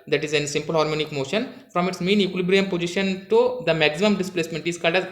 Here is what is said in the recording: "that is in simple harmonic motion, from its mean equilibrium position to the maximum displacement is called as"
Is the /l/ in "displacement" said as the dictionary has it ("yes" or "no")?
yes